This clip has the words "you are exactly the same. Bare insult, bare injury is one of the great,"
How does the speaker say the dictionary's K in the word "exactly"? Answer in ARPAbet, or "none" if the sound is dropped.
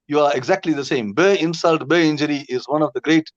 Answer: K